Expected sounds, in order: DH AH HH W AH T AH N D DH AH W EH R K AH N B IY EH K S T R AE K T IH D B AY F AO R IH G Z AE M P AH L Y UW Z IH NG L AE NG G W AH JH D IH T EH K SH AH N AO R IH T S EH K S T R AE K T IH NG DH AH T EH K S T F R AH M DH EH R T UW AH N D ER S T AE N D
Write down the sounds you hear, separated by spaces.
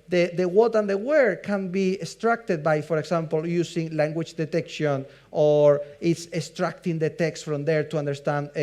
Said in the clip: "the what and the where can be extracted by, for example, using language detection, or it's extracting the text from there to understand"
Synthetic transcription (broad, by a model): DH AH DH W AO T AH N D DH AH W EH R K AH N B IY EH S T R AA K T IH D B AY F AO R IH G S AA M P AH L Y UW S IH NG L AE NG G W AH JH D IH T EH K SH AH N AO R IH T S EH S T R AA K T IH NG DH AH T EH K S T F R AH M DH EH R T UW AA N D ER S T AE N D